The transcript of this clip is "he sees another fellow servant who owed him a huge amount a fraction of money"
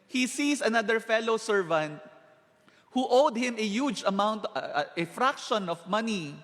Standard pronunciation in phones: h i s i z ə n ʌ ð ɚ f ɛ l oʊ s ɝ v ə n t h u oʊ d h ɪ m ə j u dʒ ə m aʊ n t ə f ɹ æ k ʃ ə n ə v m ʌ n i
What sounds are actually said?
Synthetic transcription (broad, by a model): h i s i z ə n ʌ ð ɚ f ɛ l oʊ s ɝ v ə n t h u oʊ d h ɪ m ə j u dʒ ə m aʊ n t ə f ɹ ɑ k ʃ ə n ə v m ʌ n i